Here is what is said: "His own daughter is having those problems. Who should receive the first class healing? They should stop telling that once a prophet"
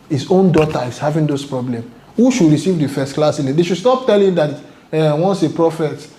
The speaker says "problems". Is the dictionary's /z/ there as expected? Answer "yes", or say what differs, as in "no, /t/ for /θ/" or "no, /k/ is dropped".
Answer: no, /z/ is dropped